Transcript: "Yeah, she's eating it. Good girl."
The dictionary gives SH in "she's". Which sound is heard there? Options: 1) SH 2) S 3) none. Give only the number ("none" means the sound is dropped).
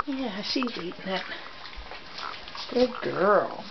2